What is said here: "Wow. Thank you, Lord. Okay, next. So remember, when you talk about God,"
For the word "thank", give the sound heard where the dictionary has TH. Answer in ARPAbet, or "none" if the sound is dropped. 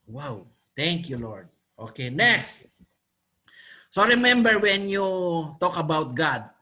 T